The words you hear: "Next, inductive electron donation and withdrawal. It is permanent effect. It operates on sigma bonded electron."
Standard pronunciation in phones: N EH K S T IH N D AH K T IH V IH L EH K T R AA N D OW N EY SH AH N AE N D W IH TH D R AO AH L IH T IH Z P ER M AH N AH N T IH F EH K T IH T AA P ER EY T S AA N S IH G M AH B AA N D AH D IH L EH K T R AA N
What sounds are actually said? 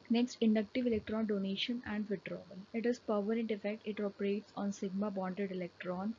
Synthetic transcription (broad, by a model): N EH K S T IH N D AH K T IH V IH L EH K T R AA N D OW N EY SH AH N AE N D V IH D R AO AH L IH T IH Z P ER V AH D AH N T IH F EH K T IH T AA P ER EY T S AA N S IH G M AH B AA N D AH D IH L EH K T R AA N